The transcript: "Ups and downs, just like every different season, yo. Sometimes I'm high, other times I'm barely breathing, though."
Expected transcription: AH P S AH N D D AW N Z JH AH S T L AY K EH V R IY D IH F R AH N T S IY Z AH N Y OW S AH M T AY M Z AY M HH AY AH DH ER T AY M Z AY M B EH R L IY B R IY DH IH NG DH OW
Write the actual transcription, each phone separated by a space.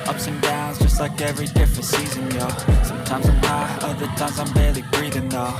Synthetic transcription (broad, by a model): AH P S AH N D D AW N Z JH AH S T L AY K EH V R IY D IH F R AH N T S IY Z AH N Y OW S AH M T AY M Z AY M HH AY AH DH ER T AY M Z AY M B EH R L IY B R IY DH IH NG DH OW